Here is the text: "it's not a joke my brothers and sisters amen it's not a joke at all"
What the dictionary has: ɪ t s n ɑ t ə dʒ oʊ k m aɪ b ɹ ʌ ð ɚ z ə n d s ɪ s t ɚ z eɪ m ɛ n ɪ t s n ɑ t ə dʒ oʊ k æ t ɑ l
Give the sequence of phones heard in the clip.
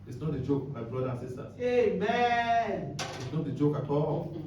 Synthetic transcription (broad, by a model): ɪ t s n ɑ t ə dʒ oʊ k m aɪ b ɹ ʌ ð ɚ ə n s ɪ s t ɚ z eɪ m ɛ n ɪ t s n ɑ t ə dʒ oʊ k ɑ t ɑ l